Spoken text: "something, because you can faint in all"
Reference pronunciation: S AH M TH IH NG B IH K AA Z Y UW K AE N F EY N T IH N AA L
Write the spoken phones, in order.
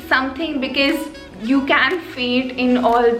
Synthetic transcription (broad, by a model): S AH M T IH NG B IH K AA Z Y UW K AE N F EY T IH N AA L